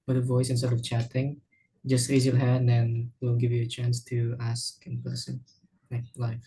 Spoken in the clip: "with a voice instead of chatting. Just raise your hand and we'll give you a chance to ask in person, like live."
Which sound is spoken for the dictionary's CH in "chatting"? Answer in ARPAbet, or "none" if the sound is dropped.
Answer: CH